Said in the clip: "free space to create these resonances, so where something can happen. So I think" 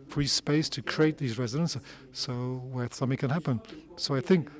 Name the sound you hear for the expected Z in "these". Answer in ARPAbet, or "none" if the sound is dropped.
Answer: Z